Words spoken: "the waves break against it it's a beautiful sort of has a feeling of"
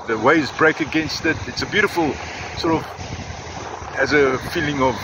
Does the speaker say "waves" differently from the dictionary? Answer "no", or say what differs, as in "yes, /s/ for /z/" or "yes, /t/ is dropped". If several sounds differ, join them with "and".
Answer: yes, /v/ is dropped